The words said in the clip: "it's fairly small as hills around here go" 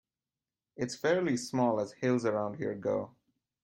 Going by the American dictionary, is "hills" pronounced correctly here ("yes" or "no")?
yes